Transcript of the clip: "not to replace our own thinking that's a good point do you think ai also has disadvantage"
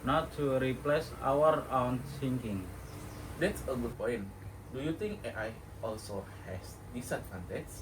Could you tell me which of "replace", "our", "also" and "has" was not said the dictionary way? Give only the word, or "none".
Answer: has